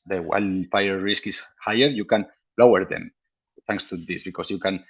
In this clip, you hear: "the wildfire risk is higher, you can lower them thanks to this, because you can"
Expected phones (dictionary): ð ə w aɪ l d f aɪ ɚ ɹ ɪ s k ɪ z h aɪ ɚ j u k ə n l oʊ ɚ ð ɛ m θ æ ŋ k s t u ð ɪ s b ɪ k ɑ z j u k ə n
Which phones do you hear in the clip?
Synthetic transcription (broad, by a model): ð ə w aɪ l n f aɪ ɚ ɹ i s k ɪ s h aɪ ɚ j u k ə n l oʊ ɚ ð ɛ m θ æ ŋ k s t u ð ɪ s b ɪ k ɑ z j u k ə n